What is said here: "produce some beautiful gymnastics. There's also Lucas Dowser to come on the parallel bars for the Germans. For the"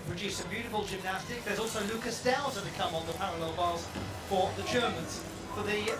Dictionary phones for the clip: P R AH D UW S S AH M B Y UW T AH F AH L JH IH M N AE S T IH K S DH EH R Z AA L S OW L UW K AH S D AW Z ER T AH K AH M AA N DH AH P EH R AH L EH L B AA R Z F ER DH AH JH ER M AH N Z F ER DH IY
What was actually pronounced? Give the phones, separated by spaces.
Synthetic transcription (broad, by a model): P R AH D UW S S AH B Y UW T AH F AH L JH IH M N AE S T IH K DH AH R Z AA L S OW L UW K AH S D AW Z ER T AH K AH M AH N DH AH P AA R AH L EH L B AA L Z F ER DH AH JH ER M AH N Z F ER DH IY